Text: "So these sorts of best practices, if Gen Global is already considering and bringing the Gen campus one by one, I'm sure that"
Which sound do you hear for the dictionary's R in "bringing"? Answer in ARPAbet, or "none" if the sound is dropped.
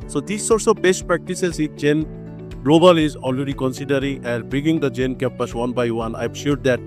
none